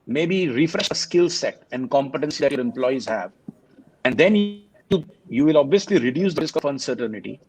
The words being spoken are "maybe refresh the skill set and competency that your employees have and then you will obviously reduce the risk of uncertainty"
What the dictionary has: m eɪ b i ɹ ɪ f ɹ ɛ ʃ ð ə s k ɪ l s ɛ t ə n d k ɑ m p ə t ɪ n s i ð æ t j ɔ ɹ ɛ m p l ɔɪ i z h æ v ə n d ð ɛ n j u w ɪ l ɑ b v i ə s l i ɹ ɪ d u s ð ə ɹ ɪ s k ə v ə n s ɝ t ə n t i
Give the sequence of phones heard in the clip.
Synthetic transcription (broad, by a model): m eɪ b i ɹ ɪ f ɹ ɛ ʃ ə s k ɪ l s ɛ t ə n d k ɑ m p ə t ɪ n s i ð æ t j ɔ ɹ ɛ m p l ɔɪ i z h æ v ə n d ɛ n j u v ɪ l ɑ b v i ə s l i ɹ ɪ d u s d ə ɹ ɪ s k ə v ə n s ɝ t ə n t i